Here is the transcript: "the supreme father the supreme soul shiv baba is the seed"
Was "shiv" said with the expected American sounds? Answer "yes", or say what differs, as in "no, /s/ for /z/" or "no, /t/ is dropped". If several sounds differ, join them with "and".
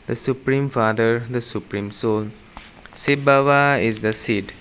no, /s/ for /ʃ/